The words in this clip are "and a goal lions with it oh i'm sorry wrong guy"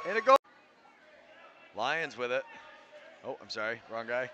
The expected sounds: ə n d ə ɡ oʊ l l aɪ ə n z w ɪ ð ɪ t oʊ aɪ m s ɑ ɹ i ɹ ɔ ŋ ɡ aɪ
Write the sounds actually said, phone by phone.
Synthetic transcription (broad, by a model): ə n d ə ɡ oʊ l l aɪ ə n z w ɪ ð ɪ t oʊ aɪ m s ɑ ɹ i ɹ ɔ ŋ ɡ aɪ